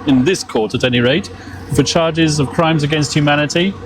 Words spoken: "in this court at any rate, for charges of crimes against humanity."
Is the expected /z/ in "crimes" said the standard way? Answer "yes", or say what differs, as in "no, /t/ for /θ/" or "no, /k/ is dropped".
yes